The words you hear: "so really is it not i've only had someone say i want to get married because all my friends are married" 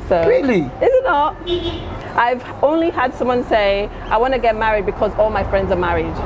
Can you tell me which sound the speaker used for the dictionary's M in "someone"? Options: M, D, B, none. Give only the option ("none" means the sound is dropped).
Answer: M